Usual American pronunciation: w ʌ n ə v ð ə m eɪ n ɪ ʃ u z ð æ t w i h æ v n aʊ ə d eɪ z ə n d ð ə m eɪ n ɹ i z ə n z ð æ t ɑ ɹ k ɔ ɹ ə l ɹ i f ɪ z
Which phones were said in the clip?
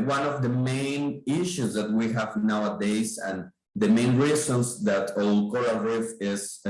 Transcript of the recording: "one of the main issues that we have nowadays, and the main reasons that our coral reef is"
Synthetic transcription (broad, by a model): w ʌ n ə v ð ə m eɪ n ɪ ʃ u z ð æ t w i h æ v n aʊ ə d eɪ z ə n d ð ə m eɪ n ɹ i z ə n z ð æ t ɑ l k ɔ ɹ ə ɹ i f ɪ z